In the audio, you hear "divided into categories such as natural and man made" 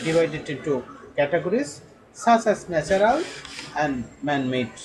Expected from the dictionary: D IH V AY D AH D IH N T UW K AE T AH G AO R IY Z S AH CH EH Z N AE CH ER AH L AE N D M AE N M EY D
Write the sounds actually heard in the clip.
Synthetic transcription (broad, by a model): D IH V AY D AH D IH N T UW K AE T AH G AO R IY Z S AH S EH S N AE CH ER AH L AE N D M AE N M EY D